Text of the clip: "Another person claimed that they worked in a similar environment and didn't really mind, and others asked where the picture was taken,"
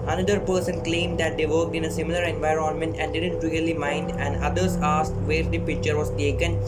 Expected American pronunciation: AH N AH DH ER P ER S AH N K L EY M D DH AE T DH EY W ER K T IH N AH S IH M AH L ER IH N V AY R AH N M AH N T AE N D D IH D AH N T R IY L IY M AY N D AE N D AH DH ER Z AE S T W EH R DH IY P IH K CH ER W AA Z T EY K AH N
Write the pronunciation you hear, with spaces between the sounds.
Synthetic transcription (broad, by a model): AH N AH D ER P ER S AH N K L EY M D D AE T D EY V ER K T IH N AH S IH M AH L ER IH N V AY R AH N M AH N T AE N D D IH D AH N T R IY L IY M AY N D AE N D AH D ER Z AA S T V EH R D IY P IH K CH ER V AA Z T EY K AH N